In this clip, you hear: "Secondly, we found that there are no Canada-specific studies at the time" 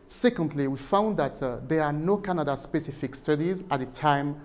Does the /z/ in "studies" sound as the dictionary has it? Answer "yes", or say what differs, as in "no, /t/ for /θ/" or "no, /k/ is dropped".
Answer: yes